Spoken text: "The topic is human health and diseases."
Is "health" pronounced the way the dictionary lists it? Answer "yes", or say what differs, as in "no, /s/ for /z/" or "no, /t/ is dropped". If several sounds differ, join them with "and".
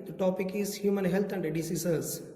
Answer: no, /t/ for /θ/